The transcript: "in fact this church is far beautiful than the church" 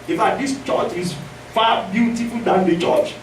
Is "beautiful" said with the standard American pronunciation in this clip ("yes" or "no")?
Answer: yes